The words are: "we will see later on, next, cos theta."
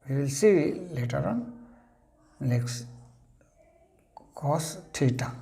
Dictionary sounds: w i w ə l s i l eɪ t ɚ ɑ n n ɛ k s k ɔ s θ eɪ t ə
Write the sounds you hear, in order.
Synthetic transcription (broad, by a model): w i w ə l s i l eɪ t ɚ ɑ n l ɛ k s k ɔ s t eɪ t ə